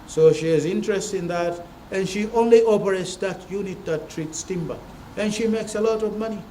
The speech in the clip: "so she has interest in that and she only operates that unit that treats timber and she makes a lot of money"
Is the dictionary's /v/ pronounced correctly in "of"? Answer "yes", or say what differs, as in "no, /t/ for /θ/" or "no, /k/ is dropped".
yes